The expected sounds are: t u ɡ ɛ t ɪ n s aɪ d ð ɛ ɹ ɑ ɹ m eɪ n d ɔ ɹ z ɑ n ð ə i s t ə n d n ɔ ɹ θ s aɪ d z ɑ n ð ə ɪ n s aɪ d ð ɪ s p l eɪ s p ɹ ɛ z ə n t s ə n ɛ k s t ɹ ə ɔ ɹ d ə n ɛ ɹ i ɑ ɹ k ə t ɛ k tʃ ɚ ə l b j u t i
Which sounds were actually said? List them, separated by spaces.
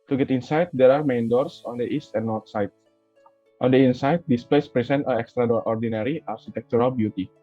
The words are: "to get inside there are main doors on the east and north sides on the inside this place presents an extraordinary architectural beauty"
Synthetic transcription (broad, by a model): t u ɡ ɛ t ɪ n s aɪ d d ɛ ɹ ɑ ɹ m eɪ n d ɔ ɹ s ɑ n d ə i s t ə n n ɔ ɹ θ s aɪ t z ɑ n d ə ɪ n s aɪ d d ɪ s p l eɪ s p ɹ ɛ s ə n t ə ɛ k s t ɹ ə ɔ ɹ d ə n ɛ ɹ i ɑ ɹ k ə t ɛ k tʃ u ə l b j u t i